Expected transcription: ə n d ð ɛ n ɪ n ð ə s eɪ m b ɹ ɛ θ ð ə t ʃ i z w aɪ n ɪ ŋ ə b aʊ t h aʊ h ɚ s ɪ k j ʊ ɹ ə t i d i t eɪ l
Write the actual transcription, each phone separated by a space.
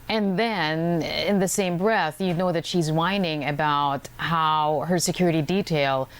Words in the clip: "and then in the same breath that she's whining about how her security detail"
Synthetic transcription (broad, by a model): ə n ð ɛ n ɪ n ð ə s eɪ m b ɹ ɛ θ ð ə t ʃ i z w aɪ n ɪ ŋ ə b aʊ t h aʊ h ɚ s ɪ k j ʊ ɹ ə t i d i t eɪ l